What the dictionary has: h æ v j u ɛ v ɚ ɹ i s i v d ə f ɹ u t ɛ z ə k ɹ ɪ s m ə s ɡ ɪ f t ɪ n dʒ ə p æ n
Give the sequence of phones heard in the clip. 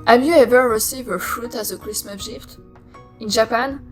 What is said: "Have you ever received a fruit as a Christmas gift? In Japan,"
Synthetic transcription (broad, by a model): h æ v j u ɛ v ɚ ɹ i s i v ə f ɹ u t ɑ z ə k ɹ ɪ s m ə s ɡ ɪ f t ɪ n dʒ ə p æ n